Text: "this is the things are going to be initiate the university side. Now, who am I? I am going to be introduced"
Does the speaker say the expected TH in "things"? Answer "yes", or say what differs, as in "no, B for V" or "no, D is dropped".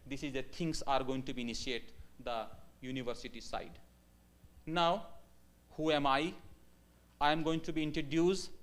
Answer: no, T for TH